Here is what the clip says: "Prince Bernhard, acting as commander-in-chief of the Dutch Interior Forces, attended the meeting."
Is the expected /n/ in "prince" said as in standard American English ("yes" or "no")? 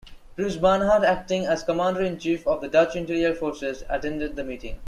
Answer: no